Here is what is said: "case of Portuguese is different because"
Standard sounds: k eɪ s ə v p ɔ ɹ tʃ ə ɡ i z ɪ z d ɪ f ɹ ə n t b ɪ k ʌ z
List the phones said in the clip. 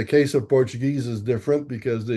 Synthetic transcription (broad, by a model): k eɪ s ə v p ɔ ɹ tʃ ə ɡ i z ɪ z d ɪ f ɹ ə n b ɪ k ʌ z